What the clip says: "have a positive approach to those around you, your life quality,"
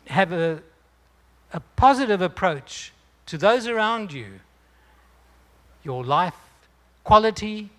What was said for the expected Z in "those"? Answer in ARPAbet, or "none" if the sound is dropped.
Z